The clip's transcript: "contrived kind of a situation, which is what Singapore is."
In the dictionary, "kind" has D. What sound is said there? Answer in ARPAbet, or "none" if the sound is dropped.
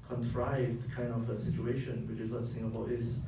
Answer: none